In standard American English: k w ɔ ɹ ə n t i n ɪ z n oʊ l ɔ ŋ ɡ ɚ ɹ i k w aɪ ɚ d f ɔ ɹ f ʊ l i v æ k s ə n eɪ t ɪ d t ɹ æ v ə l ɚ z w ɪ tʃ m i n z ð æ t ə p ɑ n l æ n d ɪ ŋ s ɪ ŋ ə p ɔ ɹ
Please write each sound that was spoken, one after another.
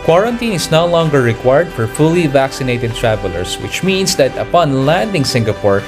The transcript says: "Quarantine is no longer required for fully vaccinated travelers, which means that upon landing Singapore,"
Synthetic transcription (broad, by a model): k w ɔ ɹ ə n t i n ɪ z n oʊ l ɔ ŋ ɡ ɚ ɹ i k w aɪ ɚ d f ɔ ɹ f ʊ l i v æ k s ə n eɪ t ɪ d t ɹ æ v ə l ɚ s w ɪ tʃ m i n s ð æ t ə p ɑ n l æ n d ɪ ŋ s ɪ ŋ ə p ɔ ɹ